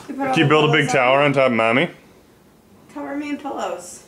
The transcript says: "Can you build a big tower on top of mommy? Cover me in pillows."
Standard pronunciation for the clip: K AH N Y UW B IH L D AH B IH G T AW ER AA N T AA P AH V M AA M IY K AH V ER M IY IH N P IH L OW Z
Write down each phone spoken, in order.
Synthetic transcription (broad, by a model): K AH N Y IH B IH L D AH B IH G T AW ER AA N T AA AH P M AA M IY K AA ER M IY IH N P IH L OW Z